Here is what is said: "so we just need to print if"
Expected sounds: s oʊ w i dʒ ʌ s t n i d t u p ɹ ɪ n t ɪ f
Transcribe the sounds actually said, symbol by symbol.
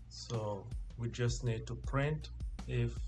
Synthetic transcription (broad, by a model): s oʊ w i dʒ ʌ s t n i d t u p ɹ ɪ n t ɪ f